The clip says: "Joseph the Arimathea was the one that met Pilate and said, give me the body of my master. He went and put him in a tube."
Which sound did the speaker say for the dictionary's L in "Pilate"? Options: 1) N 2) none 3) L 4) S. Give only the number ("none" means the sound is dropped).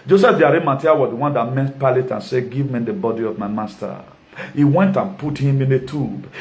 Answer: 3